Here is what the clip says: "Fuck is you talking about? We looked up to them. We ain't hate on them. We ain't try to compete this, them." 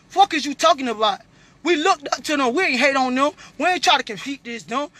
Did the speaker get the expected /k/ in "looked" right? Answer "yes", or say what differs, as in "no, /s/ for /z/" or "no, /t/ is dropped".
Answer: yes